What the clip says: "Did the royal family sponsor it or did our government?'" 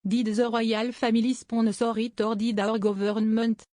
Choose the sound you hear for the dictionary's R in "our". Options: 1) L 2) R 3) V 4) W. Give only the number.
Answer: 2